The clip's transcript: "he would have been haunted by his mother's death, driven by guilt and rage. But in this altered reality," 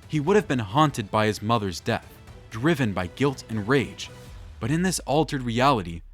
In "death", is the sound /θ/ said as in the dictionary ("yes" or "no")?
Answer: yes